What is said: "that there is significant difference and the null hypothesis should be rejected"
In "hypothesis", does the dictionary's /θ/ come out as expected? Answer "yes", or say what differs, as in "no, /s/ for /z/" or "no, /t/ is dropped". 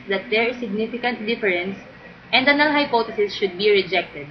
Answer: no, /t/ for /θ/